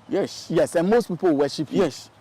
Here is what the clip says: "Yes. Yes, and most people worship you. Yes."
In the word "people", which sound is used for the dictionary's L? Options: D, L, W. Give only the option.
W